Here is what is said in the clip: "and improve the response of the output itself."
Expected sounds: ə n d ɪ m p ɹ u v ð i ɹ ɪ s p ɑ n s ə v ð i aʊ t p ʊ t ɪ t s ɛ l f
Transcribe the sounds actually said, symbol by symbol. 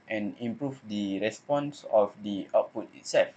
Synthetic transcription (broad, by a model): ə n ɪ m p ɹ u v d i ɹ ɪ s p ɑ n s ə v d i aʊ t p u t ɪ t s ɛ l f